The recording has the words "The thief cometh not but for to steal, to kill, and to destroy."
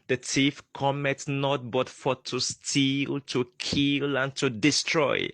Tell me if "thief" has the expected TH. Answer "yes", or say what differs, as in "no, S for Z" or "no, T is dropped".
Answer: no, T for TH